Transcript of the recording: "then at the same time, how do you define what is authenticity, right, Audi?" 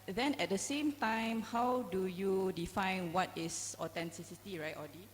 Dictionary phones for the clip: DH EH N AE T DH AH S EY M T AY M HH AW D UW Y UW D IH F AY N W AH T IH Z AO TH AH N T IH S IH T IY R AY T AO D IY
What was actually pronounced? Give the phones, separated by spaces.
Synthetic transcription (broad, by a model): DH EH N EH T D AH S EY M T AY M HH AW D UW Y UW D IH F AY N W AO T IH S AO T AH N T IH S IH T IY R AY T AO D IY